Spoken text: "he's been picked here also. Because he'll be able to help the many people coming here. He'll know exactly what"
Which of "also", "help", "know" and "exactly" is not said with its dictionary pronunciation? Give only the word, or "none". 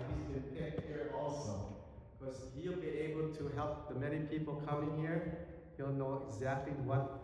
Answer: none